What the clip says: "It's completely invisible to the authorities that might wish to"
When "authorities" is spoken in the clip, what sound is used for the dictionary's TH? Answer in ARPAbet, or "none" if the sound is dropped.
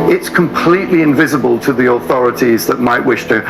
TH